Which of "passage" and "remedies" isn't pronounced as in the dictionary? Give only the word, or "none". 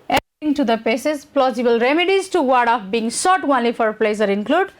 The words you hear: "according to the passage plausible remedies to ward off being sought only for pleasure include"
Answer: passage